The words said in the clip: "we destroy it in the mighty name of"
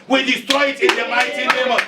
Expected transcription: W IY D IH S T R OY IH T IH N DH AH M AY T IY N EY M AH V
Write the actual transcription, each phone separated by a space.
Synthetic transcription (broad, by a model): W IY D IH S T R OY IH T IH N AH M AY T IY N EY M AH